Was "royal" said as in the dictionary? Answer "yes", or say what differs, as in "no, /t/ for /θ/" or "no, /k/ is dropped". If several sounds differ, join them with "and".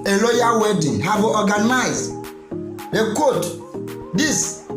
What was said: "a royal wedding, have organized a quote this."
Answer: no, /l/ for /ɹ/